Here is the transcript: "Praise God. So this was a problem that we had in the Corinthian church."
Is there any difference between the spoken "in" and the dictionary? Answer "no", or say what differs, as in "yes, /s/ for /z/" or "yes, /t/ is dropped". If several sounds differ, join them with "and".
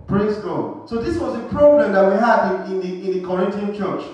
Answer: no